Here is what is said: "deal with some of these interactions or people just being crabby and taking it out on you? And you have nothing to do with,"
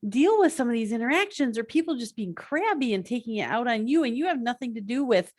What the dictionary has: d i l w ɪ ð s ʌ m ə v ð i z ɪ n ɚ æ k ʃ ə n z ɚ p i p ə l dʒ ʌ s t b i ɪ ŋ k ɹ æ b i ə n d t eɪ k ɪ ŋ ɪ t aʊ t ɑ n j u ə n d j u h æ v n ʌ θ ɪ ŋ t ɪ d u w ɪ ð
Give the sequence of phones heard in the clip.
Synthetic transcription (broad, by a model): d i l w ɪ ð s ʌ m ə v ð i z ɪ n ɚ æ k ʃ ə n z ɚ p i p l dʒ ʌ s b i ɪ ŋ k ɹ æ b i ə n t eɪ k ɪ ŋ ɪ t aʊ t n j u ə n j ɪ v n ʌ θ ɪ ŋ t ɪ d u w ɪ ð